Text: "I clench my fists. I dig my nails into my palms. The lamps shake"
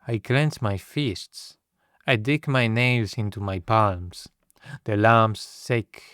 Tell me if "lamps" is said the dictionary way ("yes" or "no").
no